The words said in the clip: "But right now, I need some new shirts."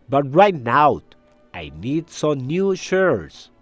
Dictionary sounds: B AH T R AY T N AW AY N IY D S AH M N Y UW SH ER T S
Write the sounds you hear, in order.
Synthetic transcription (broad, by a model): B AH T R AY T N AW AY N IY D S AH M N Y UW SH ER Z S